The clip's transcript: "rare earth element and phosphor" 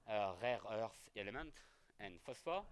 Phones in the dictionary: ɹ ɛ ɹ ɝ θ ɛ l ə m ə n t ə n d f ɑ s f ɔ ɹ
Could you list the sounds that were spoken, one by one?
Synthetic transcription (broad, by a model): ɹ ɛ ɹ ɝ s ɛ l ə m ə n t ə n f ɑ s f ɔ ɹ